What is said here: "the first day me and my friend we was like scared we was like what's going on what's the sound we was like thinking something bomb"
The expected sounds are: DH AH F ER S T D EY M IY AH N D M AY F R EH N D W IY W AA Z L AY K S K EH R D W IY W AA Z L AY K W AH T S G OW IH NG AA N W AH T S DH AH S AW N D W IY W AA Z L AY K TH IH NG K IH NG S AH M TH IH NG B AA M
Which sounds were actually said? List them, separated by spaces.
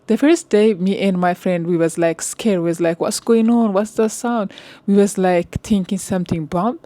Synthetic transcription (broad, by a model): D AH F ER S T D EY M IY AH N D M AY F R EH N D W IY W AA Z L AY K S K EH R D W IY W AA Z L AY K W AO T S G OW IH NG AA N W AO T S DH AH S AW N D W IY W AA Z L AY K T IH NG K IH NG S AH M T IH NG B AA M